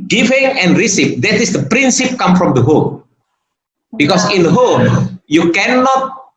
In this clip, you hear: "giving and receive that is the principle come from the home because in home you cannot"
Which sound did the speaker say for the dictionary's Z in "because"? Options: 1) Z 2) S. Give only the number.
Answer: 2